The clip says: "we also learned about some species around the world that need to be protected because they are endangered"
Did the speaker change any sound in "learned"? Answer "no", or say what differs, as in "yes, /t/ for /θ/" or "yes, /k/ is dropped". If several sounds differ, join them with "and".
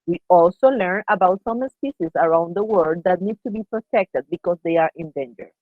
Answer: yes, /d/ is dropped